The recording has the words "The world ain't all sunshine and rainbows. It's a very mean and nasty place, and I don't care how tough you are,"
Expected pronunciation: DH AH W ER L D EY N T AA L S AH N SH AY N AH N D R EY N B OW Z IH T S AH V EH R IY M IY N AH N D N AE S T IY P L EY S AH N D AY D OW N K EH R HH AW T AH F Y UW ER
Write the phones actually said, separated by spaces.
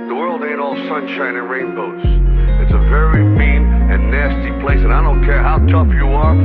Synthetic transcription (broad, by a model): DH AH W ER L D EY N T AA L S AH N SH AY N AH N R EY N B OW S IH T S AH V EH R IY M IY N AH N N AE S T IY P L EY S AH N AY D OW N K EH R HH AW T AH F Y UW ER